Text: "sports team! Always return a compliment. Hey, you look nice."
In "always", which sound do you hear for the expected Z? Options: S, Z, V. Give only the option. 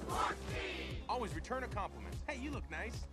Z